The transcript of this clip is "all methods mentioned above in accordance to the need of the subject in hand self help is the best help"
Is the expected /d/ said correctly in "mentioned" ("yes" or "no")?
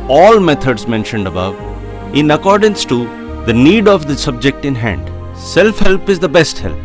yes